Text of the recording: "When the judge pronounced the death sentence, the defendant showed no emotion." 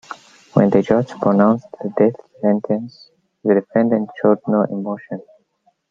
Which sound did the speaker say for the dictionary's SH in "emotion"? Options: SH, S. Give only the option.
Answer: SH